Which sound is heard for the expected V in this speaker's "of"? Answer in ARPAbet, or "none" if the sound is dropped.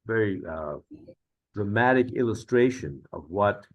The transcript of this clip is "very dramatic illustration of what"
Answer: V